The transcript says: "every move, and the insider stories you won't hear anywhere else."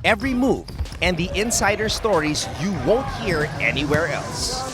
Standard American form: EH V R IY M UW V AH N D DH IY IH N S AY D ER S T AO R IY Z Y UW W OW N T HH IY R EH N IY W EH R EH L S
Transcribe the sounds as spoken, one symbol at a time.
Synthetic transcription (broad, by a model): EH V R IY M UW V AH N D DH IY IH N S AY D ER S T AO R IY Z Y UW W OW N T HH IY R EH N IY W EH R EH L S